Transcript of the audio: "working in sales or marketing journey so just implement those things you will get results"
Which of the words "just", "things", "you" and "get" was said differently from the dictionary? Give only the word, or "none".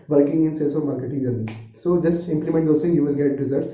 things